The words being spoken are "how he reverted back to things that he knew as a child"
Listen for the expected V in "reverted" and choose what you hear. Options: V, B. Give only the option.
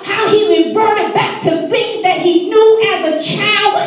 B